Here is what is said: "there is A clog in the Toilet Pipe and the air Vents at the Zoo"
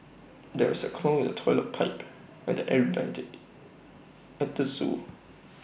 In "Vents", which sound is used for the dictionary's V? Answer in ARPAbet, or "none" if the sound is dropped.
B